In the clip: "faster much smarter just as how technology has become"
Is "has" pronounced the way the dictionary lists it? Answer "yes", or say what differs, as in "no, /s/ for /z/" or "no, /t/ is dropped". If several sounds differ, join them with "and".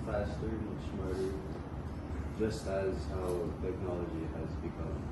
yes